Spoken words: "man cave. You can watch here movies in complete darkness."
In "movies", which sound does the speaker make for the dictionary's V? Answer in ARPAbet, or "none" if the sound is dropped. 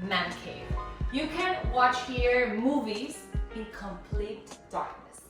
V